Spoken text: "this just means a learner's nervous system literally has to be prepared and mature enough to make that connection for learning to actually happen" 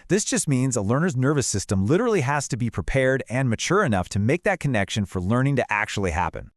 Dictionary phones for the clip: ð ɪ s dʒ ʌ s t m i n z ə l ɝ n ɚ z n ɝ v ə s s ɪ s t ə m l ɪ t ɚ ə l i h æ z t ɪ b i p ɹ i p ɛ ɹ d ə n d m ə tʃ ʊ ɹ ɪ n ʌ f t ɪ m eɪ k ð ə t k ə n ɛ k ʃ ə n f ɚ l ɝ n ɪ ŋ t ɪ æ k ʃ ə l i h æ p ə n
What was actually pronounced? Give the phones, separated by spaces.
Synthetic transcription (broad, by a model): ð ɪ s dʒ ʌ s t m i n z ə l ɝ n ɚ z n ɝ v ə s s ɪ s t ə m l ɪ t ɚ l i h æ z t ɪ b i p ɹ i p ɛ ɹ d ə n m ə tʃ ʊ ɹ ɪ n ʌ f t ɪ m eɪ k ð ə t k ə n ɛ k ʃ ə n f ɚ l ɝ n ɪ ŋ t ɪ æ k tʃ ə l i h æ p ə n